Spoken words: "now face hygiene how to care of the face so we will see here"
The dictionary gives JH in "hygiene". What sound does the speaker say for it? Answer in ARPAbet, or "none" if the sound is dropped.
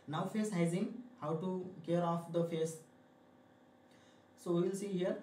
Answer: Z